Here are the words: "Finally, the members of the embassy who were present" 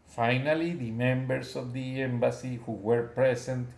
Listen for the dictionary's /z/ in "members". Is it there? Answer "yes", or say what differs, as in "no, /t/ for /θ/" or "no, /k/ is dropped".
no, /s/ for /z/